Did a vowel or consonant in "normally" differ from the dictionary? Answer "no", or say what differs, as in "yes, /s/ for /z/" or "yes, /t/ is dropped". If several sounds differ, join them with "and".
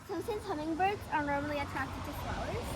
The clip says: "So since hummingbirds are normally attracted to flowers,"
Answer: no